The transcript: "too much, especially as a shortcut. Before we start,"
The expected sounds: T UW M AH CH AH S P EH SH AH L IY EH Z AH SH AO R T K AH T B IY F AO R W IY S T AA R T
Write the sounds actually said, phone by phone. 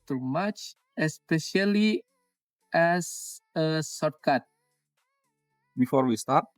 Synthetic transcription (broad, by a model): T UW M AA CH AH S P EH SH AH L IY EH S AH S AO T K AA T B IY F AO R W IY S T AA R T